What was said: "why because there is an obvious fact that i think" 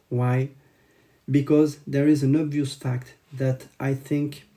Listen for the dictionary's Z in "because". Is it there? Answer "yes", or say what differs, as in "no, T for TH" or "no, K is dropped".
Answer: yes